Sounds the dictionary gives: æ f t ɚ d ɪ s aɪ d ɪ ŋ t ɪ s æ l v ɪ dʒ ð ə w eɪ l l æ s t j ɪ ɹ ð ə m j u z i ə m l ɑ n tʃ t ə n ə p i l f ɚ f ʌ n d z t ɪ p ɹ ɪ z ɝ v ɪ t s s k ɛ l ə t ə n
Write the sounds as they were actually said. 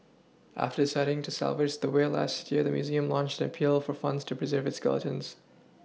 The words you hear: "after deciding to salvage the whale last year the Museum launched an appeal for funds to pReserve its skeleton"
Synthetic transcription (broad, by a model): æ f t ɚ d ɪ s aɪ d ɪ ŋ t ɪ s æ l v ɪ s ð ə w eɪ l l æ s t j ɪ ɹ ð ə m j u z i ə m l ɑ n tʃ t ə n ə p i l f ɚ f ʌ n d z t ɪ p ɹ ɪ z ɝ v ɪ t s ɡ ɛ l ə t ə n